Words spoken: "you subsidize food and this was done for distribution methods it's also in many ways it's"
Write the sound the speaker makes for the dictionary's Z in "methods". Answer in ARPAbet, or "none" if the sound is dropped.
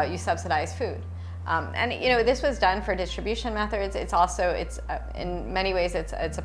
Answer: Z